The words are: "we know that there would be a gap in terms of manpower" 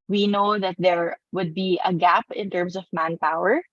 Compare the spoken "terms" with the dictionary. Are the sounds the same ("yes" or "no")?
no